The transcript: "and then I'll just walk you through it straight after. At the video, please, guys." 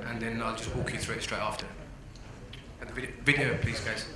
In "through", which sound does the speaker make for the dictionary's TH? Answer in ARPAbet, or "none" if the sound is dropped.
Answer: TH